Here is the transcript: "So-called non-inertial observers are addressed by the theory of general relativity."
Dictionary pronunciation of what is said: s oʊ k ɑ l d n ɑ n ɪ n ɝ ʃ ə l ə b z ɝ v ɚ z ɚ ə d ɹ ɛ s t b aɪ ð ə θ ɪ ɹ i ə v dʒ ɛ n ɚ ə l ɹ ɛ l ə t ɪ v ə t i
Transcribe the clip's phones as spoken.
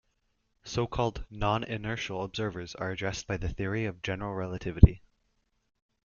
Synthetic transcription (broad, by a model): s oʊ k ɑ l d n ɑ n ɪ n ɝ ʃ l ə b z ɝ v ɚ z ɚ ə d ɹ ɛ s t b aɪ ð ə θ ɪ ɹ i ə v dʒ ɛ n ɚ l ɹ ɛ l ə t ɪ v ə t i